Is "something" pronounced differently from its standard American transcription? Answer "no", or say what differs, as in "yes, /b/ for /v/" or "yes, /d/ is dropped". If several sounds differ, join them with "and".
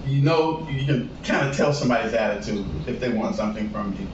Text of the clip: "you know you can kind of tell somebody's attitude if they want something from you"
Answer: no